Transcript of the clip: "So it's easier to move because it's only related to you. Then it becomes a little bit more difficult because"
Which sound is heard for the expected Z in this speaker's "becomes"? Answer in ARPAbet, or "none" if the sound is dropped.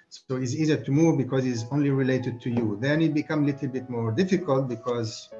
none